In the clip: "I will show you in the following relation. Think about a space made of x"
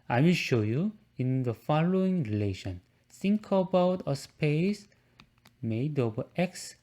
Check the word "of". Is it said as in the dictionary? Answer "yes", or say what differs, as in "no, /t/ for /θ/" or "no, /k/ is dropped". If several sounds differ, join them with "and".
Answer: no, /b/ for /v/